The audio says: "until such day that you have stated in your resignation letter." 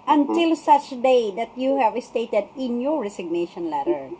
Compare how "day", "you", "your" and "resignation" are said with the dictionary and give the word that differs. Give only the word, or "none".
resignation